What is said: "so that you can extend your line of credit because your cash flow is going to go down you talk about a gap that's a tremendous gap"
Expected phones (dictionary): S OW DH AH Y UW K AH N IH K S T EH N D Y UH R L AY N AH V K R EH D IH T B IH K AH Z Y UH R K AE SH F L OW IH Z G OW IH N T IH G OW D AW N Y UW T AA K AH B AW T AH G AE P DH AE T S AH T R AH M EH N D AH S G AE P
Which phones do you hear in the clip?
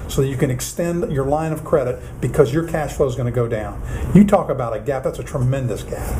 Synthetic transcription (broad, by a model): S OW DH AH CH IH K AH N IH K S T EH N D Y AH R L AY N AH V K R EH D IH T B IH K AH Z Y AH R K AE SH F L OW IH Z G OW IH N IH G OW D AW N Y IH T AA K AH B AW T AH G AE P DH AE T S AH T R AH M EH N D AH S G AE P